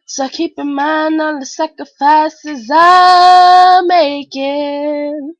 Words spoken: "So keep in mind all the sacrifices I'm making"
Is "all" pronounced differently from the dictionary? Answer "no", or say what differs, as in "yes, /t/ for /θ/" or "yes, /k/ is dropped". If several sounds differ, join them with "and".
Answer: yes, /n/ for /l/